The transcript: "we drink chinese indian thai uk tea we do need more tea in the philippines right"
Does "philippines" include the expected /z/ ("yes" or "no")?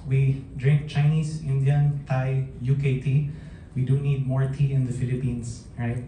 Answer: no